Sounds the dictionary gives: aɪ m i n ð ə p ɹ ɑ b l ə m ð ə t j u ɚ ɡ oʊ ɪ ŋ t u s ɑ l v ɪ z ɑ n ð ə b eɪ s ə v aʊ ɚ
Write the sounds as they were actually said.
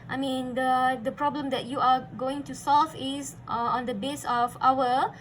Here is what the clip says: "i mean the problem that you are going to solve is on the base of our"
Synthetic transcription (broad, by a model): aɪ m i n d ə p ɹ ɑ b l ə m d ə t j u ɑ ɡ oʊ ɪ ŋ t u s ɑ l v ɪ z ɑ n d ə b eɪ s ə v aʊ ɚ